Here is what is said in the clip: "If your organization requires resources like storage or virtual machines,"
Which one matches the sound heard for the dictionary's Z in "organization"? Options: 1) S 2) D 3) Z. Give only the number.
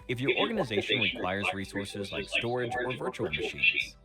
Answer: 3